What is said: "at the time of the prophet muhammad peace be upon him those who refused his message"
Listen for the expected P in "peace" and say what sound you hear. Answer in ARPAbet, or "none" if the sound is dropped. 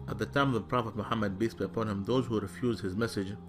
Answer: B